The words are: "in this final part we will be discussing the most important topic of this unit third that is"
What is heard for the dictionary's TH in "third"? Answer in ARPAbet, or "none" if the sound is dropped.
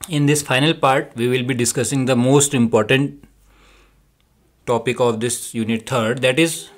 T